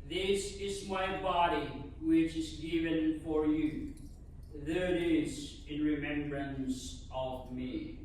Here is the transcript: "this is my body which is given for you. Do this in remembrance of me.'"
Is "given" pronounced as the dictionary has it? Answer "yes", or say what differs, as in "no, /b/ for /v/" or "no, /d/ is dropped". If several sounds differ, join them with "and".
yes